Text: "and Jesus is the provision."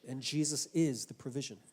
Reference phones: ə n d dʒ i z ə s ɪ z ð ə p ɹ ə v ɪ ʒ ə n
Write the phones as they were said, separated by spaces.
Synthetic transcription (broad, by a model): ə n dʒ i z ə s ɪ z ð ə p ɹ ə v ɪ ʒ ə n